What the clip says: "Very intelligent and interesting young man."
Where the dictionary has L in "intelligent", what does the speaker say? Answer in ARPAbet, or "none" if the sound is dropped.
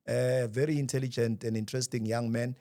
L